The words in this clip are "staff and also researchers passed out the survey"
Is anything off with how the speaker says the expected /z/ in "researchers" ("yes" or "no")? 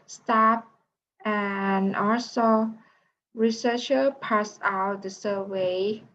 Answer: yes